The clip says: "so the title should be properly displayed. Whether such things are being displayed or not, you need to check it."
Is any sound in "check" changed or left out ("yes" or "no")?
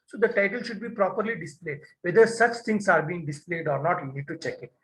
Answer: no